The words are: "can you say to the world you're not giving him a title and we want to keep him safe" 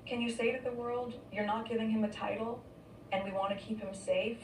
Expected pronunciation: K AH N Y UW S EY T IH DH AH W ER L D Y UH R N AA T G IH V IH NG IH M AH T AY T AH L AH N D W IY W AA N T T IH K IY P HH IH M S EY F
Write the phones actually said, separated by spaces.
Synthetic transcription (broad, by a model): K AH N Y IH S EY T IH DH AH W ER L D Y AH R N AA T G IH V IH NG IH M AH T AY T L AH N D W IY W AA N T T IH K IY P HH IH M S EY F